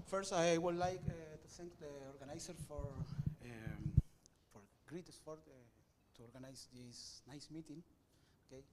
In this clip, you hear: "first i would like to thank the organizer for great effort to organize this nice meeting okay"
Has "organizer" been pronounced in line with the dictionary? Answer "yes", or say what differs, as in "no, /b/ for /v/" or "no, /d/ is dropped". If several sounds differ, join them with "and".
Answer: no, /s/ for /z/